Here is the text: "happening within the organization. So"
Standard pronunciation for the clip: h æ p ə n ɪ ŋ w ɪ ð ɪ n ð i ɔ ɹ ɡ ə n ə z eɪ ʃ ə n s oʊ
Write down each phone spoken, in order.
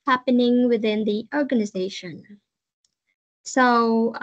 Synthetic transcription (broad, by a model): h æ p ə n ɪ ŋ w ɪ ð ɪ n ð i ɔ ɹ ɡ ə n ə z eɪ ʃ ə n s oʊ